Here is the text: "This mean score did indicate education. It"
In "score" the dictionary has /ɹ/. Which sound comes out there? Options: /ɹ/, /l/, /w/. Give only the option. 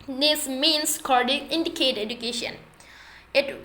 /l/